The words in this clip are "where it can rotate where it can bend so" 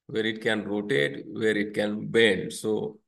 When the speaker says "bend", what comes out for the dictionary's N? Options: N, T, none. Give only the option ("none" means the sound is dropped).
none